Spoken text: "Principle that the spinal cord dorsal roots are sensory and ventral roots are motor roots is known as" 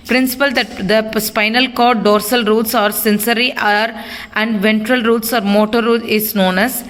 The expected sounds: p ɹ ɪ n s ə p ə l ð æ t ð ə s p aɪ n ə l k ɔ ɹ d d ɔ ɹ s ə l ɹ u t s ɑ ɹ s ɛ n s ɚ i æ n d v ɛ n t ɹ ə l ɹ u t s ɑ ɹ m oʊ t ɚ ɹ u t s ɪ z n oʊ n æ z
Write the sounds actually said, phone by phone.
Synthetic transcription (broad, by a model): p ɹ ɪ n s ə p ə l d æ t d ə s p aɪ n ə l k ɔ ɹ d d ɔ ɹ s ə l ɹ u t s ɑ ɹ s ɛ n s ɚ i æ n d v ɛ n t ɹ ə l ɹ u t s ɑ ɹ m oʊ t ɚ ɹ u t ɪ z n oʊ n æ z